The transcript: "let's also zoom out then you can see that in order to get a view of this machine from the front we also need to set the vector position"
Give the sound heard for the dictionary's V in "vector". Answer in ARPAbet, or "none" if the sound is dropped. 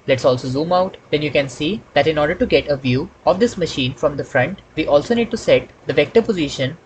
V